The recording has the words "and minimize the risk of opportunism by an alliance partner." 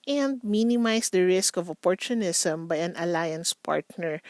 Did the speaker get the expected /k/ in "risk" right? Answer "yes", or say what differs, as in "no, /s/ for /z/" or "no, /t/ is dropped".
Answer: yes